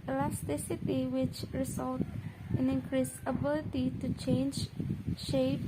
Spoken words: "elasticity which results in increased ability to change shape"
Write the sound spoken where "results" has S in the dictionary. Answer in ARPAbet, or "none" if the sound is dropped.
none